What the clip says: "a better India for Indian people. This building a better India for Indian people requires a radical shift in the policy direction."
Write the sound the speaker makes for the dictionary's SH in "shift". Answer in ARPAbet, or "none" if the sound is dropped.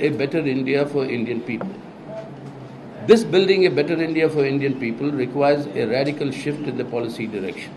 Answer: SH